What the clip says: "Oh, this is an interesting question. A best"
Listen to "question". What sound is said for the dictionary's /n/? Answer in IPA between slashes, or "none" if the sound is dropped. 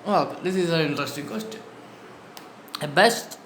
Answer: none